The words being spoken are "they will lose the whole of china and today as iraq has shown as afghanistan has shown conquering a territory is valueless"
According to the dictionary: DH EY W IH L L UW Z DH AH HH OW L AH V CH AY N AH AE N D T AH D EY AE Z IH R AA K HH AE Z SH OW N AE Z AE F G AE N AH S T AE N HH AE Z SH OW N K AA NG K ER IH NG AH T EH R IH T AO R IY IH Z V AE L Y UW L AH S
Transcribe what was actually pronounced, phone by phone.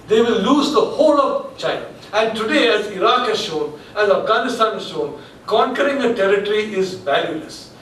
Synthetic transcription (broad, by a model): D EY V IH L L UW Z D AH HH OW L AH V CH AY N AH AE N D T AH D EY AE Z IH R AA K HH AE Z SH OW N AE Z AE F G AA N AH S T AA N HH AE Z SH OW N K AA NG K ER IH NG AH T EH R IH T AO R IY IH Z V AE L Y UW L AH S